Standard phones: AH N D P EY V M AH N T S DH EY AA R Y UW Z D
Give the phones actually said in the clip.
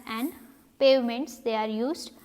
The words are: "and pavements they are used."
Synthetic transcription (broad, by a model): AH N D P EY V M AH N T S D EY AA R Y UW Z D